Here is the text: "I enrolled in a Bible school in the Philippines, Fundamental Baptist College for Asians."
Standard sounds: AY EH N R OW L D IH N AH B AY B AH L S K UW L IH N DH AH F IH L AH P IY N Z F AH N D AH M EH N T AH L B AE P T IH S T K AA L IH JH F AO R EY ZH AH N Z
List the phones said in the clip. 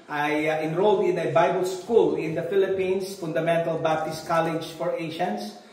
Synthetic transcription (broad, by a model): AY EH N R OW L D IH N AH B AY B AH L S K UW L IH N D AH F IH L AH P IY N S F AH N D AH M EH N T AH L B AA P T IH S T K AA L IH JH F AO R EY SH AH N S